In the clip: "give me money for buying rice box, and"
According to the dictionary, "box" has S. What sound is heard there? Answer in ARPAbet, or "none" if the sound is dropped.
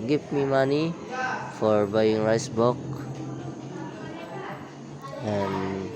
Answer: none